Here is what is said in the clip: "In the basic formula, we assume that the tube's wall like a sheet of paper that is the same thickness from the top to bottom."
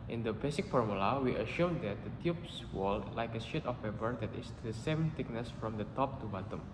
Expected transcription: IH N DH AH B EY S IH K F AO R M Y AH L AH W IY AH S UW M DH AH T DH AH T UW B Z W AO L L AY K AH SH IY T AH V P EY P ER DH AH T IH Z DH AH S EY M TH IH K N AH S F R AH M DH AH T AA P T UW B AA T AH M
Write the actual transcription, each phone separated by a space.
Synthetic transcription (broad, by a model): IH N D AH B EY S IH K F AO R M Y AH L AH W IY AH SH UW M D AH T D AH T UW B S W AO L L AY K AH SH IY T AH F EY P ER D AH T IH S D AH S EY M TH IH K N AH S F R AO M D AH T AA P T UW B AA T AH M